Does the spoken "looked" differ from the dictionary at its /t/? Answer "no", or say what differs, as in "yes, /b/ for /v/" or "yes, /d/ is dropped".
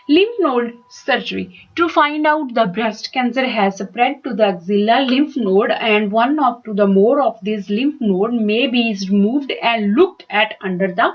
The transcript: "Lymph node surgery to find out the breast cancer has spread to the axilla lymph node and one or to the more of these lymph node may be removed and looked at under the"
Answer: no